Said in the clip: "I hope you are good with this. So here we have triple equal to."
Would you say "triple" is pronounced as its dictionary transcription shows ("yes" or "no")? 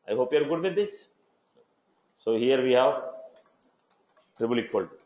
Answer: no